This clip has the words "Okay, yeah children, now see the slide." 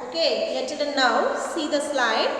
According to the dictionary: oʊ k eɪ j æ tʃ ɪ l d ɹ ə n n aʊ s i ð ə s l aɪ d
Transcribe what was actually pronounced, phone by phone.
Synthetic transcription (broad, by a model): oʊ k eɪ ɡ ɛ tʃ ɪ d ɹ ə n n aʊ s i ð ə s l aɪ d